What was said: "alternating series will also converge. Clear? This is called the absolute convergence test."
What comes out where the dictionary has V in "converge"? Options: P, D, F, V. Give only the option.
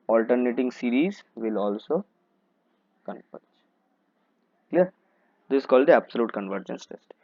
P